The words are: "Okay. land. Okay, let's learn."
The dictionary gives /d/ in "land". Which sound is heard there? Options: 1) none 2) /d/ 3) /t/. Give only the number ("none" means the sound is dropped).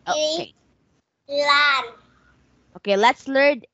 1